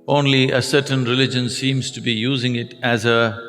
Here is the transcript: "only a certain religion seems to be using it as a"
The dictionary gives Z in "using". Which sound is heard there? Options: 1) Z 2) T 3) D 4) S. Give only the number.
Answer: 1